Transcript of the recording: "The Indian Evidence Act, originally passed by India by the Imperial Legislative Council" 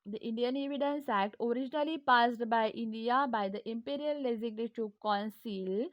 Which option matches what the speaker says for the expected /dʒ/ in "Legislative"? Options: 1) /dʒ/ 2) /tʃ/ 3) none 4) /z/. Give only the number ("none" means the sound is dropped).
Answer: 4